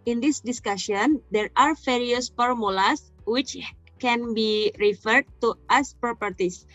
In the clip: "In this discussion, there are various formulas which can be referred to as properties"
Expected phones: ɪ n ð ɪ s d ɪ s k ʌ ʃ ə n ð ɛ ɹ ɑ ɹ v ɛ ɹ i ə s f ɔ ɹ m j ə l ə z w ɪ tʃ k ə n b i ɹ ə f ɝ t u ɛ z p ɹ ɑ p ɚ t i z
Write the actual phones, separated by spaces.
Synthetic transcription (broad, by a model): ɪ n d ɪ s d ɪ s k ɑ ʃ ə n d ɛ ɹ ɑ ɹ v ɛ ɹ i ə s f ɔ ɹ m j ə l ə s w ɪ tʃ k ə n b i ɹ ə f ɝ t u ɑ s p ɹ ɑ p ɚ t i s